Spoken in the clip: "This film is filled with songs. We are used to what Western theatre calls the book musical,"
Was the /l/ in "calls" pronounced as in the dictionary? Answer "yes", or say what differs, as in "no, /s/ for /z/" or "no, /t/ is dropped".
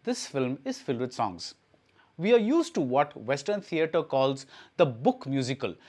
yes